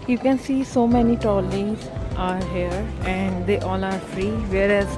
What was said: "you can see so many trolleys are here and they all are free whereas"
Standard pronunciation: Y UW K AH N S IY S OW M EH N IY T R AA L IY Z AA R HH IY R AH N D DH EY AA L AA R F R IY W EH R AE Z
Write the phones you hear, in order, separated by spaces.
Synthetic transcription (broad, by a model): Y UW K AH N S IY S OW M EH N IY T AA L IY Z AA R HH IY R AH N D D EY AA L AA R F R IY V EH R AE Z